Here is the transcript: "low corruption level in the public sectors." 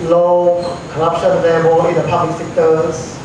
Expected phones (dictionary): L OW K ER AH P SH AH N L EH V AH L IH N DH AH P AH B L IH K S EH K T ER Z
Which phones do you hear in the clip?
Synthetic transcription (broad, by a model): L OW K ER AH P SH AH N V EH B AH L IH N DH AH P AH B L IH K S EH K T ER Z